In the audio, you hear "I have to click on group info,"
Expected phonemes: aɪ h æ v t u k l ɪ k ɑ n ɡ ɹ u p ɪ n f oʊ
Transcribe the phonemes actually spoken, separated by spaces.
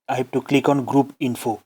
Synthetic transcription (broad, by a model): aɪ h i p t u k l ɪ k ɑ n ɡ ɹ u p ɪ n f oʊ